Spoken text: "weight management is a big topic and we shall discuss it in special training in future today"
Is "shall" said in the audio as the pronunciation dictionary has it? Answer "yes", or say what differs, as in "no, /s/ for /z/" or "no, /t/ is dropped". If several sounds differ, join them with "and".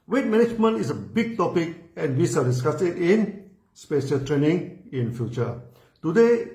no, /s/ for /ʃ/